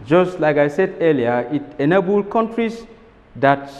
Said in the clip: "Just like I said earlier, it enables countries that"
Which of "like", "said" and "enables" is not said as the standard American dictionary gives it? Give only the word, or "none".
enables